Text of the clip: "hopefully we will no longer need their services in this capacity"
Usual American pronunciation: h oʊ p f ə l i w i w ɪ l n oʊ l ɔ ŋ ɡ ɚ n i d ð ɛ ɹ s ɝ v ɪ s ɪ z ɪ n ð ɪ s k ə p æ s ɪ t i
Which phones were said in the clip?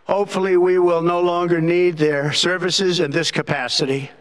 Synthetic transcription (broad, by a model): h oʊ p f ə l i w i w ɪ l n oʊ l ɔ ŋ ɡ ɚ n i d ð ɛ ɹ s ɝ v ɪ s ɪ z ɪ n ð ɪ s k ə p æ s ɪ t i